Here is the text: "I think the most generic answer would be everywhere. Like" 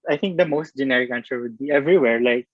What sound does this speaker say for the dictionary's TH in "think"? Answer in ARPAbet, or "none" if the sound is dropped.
T